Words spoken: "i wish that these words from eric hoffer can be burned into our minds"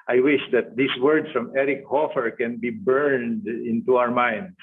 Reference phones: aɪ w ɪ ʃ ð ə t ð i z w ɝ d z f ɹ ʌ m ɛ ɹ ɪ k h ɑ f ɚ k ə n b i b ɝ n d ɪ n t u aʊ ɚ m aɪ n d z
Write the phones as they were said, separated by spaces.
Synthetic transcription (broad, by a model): aɪ w ɪ ʃ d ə t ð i s w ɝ d s f ɹ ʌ m ɛ ɹ ɪ k h ɑ f ɚ k ə n b i b ɝ n d ɪ n t u aʊ ɚ m aɪ n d